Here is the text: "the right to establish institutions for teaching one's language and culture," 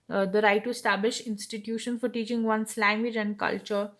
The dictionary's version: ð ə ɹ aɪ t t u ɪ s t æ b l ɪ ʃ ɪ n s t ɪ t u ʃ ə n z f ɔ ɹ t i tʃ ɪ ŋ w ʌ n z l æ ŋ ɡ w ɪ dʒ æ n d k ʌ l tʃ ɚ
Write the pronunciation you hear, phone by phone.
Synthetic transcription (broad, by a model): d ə ɹ aɪ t t u ɪ s t æ b l ɪ ʃ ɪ n s t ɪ t u ʃ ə n f ɔ ɹ t i tʃ ɪ ŋ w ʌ n s l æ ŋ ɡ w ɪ dʒ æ n d k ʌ l tʃ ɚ